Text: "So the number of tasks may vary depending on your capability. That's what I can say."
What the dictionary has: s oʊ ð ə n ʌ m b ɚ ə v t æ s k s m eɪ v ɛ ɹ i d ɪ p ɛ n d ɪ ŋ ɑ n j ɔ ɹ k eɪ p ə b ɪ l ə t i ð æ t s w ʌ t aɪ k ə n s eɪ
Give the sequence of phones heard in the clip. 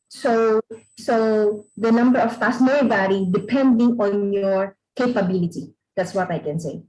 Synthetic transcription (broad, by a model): s oʊ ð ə n ʌ m b ɚ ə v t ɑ s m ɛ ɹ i b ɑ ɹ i d ɪ p ɛ n d ɪ ŋ ɑ n j ɔ ɹ k eɪ p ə b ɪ l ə t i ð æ t s w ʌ t aɪ k ə n s eɪ